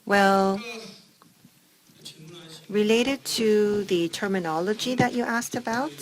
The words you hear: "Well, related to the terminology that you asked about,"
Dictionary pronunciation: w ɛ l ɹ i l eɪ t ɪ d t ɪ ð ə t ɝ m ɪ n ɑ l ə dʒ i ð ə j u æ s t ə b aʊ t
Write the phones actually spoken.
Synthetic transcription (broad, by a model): w ɛ l ɹ i l eɪ t ɪ d t ɪ ð ə t ɝ m ɪ n ɑ l ə dʒ i ð ə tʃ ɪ æ s t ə b aʊ t